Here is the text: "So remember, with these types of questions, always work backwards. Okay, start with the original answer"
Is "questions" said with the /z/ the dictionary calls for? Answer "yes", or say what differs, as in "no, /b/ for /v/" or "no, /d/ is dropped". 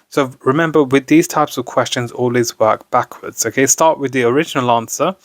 yes